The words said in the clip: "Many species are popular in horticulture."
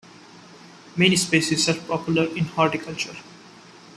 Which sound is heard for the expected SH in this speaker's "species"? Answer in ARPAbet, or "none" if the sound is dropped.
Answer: S